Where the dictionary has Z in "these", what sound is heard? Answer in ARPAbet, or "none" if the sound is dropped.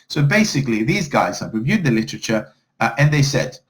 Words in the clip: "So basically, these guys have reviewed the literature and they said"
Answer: Z